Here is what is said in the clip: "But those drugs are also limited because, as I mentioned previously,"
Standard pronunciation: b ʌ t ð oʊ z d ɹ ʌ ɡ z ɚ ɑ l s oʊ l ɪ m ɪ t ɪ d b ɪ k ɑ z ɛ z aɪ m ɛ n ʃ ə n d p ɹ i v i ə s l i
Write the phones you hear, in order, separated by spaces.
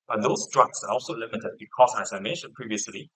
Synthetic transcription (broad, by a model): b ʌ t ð oʊ s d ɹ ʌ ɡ s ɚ ɑ l s oʊ l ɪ m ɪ t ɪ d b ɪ k ɑ s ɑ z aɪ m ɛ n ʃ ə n p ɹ i v i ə s l i